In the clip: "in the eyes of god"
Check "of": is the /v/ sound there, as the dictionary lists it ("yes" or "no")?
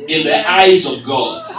yes